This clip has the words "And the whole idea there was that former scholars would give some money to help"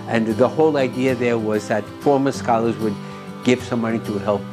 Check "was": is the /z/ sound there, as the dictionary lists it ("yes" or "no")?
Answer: yes